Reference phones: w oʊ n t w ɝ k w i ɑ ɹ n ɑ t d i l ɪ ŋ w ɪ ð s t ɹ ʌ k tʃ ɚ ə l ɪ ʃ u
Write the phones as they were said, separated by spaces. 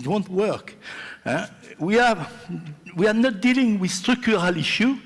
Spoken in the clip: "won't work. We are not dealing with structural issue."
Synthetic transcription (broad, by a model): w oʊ n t w ɝ k w i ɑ w n ɑ t d i l ɪ ŋ w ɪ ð s t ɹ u k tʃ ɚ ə l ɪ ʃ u